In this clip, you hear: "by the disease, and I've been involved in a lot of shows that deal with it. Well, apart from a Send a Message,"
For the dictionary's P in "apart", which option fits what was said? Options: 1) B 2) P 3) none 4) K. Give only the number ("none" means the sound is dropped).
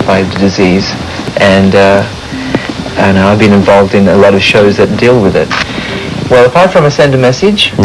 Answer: 2